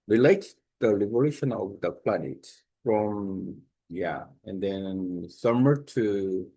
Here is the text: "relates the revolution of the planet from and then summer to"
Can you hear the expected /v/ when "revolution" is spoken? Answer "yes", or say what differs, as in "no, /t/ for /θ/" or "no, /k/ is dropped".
no, /b/ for /v/